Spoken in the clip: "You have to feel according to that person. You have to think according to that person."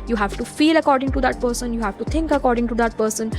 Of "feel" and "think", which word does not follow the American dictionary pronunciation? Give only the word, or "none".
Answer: think